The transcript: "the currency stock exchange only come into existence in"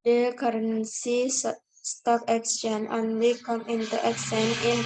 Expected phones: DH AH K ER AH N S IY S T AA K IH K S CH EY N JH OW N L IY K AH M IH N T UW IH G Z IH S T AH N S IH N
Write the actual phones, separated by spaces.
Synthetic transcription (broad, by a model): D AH K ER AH N S IY S T AA K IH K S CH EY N OW N L IY K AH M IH N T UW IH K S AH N IH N